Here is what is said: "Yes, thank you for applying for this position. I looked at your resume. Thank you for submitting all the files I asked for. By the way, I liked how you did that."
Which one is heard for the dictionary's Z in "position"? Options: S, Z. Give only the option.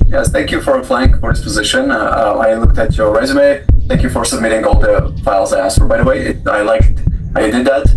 Z